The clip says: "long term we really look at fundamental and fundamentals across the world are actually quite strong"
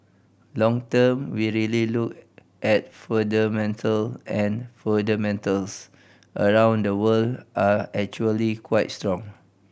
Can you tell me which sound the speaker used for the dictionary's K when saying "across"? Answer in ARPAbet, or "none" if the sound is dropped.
none